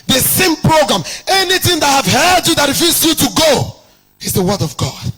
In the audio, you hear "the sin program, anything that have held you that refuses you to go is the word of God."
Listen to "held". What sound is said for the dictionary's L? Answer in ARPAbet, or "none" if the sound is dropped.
none